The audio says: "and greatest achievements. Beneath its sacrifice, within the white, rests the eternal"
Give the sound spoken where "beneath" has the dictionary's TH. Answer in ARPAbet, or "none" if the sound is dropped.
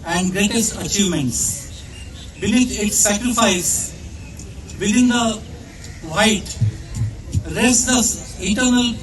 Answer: T